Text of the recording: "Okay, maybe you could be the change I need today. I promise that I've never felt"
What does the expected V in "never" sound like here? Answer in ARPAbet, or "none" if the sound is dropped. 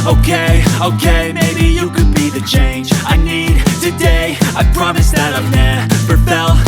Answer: P